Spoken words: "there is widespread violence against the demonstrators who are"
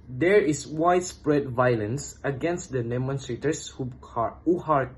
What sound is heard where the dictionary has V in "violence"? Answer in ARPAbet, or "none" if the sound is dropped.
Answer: V